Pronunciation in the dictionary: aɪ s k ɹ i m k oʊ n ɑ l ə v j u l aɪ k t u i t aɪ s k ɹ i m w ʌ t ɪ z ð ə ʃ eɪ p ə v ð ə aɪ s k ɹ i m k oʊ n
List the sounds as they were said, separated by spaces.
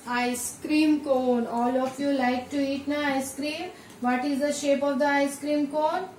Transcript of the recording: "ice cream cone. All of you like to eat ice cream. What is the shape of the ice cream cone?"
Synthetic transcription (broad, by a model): aɪ s k ɹ i m k oʊ n ɑ l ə f j u l aɪ k t u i t aɪ s k ɹ i m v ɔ t ɪ z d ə ʃ eɪ p ə v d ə aɪ s k ɹ i m k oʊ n